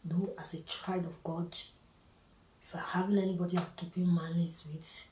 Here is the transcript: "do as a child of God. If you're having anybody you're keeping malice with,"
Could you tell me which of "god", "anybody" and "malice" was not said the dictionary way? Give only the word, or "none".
malice